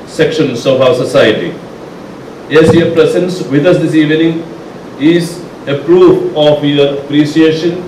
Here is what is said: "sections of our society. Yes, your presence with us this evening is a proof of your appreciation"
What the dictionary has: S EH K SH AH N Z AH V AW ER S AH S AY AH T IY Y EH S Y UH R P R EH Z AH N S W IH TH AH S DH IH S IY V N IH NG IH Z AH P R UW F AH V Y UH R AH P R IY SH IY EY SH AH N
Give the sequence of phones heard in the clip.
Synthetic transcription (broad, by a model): S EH K SH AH N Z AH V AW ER S AH S AY AH T IY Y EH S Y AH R P R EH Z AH N S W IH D AH S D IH S IY V N IH NG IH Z AH P R UW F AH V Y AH R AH P R IY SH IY EY SH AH N